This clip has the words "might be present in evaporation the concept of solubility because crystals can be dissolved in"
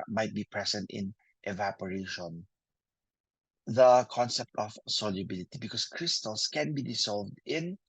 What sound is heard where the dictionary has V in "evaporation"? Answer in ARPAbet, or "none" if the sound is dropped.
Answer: V